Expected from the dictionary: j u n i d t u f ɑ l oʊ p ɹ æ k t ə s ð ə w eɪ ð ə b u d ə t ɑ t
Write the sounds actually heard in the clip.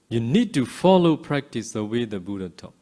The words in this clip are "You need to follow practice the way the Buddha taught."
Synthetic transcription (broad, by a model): j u n i d t u f ɑ l oʊ p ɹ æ k t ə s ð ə w eɪ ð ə b u d ə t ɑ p